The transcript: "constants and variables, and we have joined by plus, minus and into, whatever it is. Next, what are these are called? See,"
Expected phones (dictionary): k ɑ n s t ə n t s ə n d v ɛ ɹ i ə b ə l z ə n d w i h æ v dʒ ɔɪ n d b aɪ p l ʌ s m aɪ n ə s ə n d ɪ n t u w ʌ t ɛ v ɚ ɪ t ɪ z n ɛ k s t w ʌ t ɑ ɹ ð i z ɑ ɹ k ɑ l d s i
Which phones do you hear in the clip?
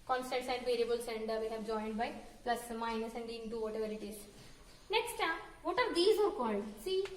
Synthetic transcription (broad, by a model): k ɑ n s t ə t s ə n d v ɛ ɹ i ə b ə l s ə n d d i h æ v dʒ ɔɪ n d b aɪ p l ʌ s m aɪ n ə s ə n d ɪ n t u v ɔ t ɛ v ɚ ɪ t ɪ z n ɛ k s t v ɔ t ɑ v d i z ɑ ɹ k ɑ l d s i